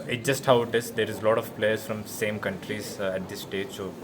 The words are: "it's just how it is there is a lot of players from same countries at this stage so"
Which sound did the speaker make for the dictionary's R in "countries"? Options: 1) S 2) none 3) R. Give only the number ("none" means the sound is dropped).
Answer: 3